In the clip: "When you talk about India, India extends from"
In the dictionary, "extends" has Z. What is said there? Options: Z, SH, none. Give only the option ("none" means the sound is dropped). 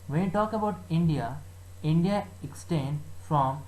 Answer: none